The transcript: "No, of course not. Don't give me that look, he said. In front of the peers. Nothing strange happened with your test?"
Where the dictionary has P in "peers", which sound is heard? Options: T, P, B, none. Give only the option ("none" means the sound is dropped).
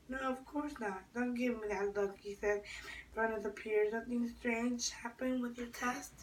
P